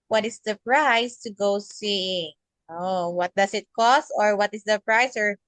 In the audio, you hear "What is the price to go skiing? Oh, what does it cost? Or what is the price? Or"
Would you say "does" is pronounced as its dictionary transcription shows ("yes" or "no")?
no